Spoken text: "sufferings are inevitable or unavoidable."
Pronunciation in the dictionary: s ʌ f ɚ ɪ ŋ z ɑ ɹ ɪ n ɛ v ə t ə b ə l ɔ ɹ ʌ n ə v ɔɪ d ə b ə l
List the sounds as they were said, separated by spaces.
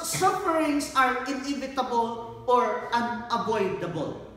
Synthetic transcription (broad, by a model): s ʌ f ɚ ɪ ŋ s ɑ ɹ ɪ n ɛ v ə t ə b ə l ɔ ɹ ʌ n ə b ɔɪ d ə b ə l